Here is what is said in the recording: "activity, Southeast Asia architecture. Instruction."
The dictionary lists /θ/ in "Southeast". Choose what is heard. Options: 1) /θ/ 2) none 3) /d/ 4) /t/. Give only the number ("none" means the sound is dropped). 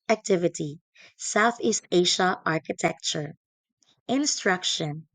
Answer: 1